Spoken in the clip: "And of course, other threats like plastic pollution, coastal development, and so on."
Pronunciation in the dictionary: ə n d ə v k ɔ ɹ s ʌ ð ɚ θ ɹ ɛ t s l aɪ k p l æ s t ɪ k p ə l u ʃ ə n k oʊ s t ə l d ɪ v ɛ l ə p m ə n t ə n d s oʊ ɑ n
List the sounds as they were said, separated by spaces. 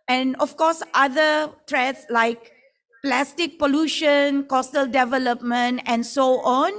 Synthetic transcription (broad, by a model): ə n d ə f k ɔ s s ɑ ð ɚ t ɹ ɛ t s l aɪ k p l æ s t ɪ k p ə l u ʃ ə n k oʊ s t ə l d ɪ v ɛ l ə p m ə n t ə n s oʊ ɑ n